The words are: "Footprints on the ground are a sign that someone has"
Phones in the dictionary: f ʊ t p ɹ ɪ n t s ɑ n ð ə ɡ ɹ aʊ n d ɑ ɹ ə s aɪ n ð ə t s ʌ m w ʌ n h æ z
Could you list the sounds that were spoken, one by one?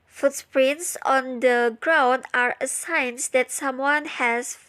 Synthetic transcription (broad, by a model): f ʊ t p ɹ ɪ n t s ɑ n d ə ɡ ɹ aʊ n d ɑ ɹ ə s aɪ n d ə t s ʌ m w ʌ n h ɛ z